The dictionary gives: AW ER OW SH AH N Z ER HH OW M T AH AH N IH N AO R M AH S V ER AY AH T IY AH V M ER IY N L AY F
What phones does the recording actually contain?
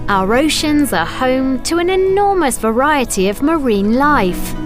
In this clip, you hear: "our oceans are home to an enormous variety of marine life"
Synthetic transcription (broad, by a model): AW ER OW SH AH N Z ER HH OW M T AH AH N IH N AO M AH S V ER AY AH T IY AH V M ER IY N L AY F